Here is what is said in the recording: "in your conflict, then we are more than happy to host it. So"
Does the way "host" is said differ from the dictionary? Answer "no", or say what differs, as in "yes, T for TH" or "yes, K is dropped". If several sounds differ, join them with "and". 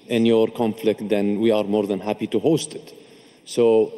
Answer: no